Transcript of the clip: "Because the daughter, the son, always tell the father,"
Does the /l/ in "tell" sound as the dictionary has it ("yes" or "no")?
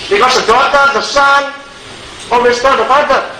no